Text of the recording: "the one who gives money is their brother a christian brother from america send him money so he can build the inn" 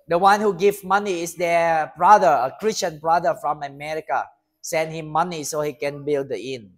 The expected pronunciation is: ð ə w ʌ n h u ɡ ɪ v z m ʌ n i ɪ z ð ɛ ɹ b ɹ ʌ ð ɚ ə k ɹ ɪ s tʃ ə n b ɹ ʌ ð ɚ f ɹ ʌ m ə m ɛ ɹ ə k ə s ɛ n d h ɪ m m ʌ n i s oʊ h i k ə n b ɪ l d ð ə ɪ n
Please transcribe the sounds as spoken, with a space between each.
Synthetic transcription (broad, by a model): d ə w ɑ n h u ɡ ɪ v m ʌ n i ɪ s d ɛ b ɹ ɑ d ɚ ə k ɹ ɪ s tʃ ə n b ɹ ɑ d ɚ f ɹ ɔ m ə m ɛ ɹ ə k ə s ɛ n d h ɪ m m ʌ n i s oʊ h i k ə n b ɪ l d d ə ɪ n